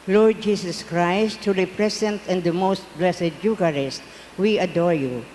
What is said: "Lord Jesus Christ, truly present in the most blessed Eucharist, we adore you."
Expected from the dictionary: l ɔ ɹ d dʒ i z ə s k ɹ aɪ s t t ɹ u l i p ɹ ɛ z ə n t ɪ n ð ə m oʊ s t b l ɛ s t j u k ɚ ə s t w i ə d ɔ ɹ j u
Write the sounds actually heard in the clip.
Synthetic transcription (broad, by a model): l ɔ ɹ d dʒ i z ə s k ɹ aɪ s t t u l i p ɹ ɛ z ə n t ɪ n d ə m oʊ s t b l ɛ s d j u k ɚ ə s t w i ə d ɔ ɹ j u